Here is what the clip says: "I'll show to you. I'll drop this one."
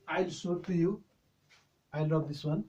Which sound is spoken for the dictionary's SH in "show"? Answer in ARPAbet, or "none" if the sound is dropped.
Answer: S